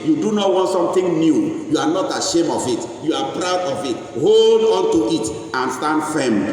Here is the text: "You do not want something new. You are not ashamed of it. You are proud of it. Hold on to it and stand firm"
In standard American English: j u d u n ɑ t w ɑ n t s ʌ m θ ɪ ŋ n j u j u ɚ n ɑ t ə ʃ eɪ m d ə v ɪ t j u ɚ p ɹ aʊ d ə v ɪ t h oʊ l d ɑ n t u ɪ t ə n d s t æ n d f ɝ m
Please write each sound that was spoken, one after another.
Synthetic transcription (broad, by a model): j u d u n ɑ t w ɑ n t s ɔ m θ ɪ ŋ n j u j u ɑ n ɑ t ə ʃ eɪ m ə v ɪ t j u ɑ p ɹ aʊ d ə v ɪ t h oʊ l d ɑ n t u ɪ t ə n s t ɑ n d f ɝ m